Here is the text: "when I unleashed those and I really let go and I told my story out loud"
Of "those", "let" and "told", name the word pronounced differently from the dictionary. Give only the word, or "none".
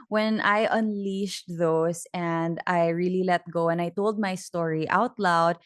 those